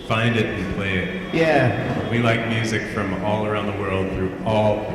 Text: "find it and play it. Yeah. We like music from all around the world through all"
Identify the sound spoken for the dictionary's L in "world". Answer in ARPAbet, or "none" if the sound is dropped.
L